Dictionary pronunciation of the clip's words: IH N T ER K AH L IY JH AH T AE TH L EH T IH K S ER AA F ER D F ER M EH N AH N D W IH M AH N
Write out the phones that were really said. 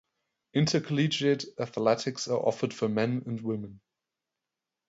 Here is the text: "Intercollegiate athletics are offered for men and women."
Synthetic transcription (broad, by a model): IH N T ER K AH L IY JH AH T AE TH L EH T IH K S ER AA F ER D F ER M EH N AH N D W IH M AH N